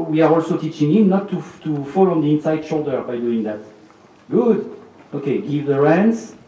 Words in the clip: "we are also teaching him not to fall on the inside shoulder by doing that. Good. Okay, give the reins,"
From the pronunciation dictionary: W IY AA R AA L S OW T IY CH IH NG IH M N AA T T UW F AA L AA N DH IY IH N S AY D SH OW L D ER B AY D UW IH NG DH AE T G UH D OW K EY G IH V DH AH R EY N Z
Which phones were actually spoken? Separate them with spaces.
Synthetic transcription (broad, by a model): W IY AA R AA L S OW T IY CH IH NG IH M N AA T T UW F AA L AA N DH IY IH N S AY D SH OW L D ER B AY D UW IH NG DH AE T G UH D OW K EY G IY V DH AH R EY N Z